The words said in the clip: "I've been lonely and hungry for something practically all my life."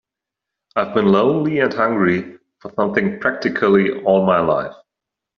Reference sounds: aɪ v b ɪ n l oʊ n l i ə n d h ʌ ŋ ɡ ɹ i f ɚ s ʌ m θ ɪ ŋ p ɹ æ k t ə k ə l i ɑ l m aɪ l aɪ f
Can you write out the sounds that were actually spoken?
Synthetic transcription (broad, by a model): aɪ v b ɪ n l oʊ n l i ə n h ʌ ŋ ɡ ɹ i f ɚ s ʌ m θ ɪ ŋ p ɹ æ k t ə k ə l i ɑ l m aɪ l aɪ f